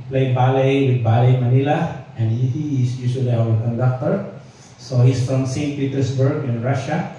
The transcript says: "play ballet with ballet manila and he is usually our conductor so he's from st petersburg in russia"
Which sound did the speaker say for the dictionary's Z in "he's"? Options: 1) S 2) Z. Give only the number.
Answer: 1